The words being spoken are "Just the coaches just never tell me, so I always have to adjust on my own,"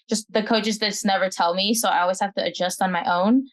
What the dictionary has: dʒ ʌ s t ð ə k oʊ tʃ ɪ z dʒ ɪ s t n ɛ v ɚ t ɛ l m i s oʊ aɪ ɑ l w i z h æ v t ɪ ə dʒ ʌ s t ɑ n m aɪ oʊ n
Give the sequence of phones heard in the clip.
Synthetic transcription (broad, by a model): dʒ ʌ s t ð ə k oʊ tʃ ɪ z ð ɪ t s n ɛ v ɚ t ɛ l m i s oʊ aɪ ɑ l w i z h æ f t ɪ ə dʒ ʌ s t n m aɪ oʊ n